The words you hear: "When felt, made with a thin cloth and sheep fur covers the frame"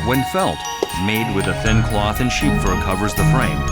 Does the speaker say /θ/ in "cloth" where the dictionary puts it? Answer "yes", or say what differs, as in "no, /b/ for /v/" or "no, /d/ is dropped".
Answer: yes